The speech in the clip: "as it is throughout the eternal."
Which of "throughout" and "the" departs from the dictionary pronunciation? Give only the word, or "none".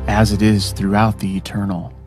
none